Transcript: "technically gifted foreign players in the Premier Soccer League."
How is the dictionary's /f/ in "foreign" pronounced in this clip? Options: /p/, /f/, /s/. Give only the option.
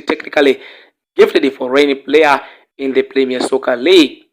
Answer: /f/